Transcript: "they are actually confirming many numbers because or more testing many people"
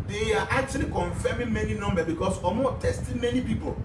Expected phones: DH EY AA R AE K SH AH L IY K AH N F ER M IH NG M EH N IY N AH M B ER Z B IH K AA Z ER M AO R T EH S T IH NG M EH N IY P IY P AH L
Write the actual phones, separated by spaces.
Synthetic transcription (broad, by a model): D EY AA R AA K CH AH L IY K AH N F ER M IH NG M EH N IY N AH M B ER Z B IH K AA S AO M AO T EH S T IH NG M EH N IY P IY P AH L